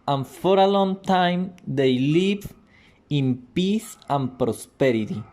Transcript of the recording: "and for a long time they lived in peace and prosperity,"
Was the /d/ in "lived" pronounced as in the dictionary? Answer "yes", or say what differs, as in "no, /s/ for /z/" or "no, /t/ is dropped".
no, /d/ is dropped